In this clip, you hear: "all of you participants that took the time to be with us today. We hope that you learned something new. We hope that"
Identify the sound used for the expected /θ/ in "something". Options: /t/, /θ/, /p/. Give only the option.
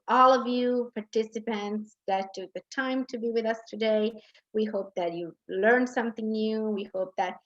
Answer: /θ/